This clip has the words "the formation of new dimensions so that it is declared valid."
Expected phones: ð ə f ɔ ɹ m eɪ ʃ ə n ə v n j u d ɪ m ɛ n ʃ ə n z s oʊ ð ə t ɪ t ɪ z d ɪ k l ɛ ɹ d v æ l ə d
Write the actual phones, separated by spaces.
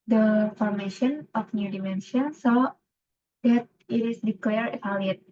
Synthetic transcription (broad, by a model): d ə f ɔ ɹ m eɪ ʃ ə n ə f n j u d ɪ m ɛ n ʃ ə n s oʊ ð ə t ɪ t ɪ s d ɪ k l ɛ ɹ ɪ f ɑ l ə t